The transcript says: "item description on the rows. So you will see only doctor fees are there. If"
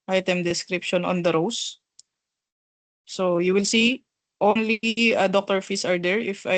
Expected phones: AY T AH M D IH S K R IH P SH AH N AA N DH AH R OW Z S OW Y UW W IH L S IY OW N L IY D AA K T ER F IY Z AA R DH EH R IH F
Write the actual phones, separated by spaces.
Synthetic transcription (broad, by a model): AY T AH M D IH S K R IH P SH AH N AA N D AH R OW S S OW Y UW W IH L S IY OW N L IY D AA K T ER F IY S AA R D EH R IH F